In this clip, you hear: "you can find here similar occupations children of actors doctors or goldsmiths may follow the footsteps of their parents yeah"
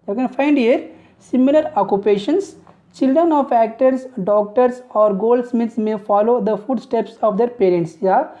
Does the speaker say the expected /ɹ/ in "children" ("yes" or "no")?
yes